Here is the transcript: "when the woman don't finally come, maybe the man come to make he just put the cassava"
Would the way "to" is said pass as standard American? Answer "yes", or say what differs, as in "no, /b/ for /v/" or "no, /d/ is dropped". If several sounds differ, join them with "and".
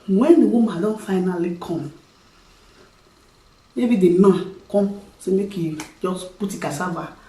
no, /s/ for /t/